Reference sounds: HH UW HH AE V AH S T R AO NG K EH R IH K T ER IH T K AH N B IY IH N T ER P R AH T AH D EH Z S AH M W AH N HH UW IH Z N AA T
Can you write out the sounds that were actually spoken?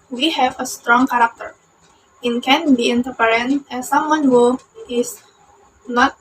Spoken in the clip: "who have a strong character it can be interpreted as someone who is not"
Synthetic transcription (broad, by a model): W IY HH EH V AH S T R AO NG K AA R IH K T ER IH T K AH N B IY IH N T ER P AH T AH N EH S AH M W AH N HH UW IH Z N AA T